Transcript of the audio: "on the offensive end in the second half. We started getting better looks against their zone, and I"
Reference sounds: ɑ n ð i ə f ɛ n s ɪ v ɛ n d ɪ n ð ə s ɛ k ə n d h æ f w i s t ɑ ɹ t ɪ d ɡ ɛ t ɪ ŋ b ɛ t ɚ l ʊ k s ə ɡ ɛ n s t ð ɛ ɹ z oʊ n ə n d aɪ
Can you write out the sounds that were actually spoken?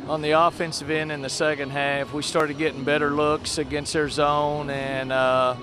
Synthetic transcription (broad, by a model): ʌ n ð i ə f ɛ n s ɪ v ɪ n ɪ n ð ə s ɛ k ə n d h æ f w i s t ɑ ɹ t ɪ d ɡ ɛ t ɪ ŋ b ɛ t ɚ l ʊ k s ə ɡ ɛ n s t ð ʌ ɹ z oʊ n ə n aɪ